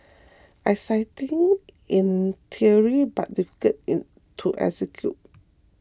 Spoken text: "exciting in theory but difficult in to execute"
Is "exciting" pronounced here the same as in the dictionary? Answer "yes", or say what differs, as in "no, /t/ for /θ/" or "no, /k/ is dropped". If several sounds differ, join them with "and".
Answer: no, /k/ is dropped